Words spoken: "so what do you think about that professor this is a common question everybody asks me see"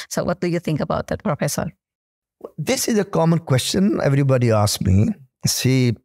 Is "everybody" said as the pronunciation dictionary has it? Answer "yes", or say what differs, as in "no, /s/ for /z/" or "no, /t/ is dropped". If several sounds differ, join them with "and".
yes